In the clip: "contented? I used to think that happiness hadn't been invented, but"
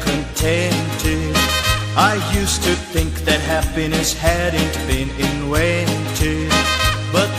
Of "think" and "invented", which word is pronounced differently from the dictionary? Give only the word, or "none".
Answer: invented